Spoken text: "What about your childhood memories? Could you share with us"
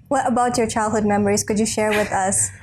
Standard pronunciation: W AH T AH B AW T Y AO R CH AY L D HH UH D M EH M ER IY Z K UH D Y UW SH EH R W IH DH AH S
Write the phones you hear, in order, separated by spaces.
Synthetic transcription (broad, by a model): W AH T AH B AW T Y AO R CH AY L D HH UH D M EH M ER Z K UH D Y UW SH EH R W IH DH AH S